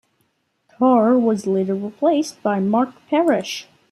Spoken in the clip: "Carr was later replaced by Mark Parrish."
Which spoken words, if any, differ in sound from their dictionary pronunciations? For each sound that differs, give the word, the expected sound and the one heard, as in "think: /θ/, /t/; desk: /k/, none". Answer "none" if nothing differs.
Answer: replaced: /ɹ/, /l/